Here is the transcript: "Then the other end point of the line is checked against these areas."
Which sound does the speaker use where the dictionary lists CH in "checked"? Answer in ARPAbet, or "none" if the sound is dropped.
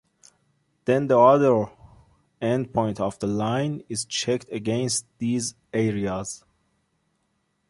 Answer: CH